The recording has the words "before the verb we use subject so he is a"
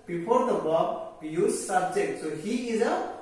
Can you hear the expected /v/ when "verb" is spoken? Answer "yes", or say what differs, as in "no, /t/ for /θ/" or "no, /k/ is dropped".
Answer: no, /b/ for /v/